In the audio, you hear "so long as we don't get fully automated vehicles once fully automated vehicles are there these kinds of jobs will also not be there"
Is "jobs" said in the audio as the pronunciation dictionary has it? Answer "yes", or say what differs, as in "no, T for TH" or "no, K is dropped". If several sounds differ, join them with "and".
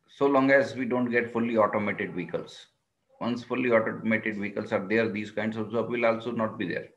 no, Z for JH